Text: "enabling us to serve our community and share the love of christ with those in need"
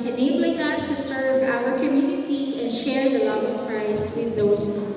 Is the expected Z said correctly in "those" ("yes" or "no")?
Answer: no